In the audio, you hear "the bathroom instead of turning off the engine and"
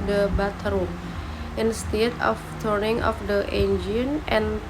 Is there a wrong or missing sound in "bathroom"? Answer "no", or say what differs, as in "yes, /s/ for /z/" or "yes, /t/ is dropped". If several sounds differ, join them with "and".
yes, /t/ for /θ/